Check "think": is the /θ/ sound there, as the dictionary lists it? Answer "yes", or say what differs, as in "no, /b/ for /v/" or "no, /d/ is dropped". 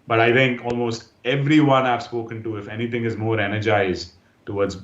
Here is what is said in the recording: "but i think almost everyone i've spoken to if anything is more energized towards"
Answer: no, /t/ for /θ/